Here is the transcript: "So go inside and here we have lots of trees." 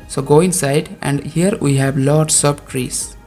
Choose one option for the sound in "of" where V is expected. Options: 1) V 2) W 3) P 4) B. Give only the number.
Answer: 4